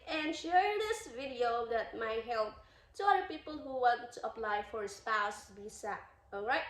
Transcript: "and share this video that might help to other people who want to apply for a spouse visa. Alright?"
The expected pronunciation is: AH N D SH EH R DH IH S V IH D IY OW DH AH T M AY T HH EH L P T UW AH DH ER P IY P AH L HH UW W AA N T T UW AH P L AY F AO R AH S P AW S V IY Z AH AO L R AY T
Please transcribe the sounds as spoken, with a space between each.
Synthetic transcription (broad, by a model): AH N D SH EH R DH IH S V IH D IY OW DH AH T M AY T HH EH L P T UW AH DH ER P IY P AH L HH UW W AA N T T UW AH P L AY F AO R S P AW S B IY S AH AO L R AY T